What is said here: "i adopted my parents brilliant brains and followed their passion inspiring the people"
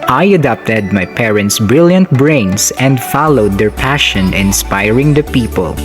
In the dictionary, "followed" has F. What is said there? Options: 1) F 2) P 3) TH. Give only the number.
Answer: 1